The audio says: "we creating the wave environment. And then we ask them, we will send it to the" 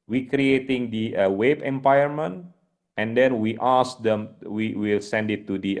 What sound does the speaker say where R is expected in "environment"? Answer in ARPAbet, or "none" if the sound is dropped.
none